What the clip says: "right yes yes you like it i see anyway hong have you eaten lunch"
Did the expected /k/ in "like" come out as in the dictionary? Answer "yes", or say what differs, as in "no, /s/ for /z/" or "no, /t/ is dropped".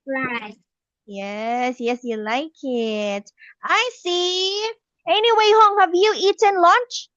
yes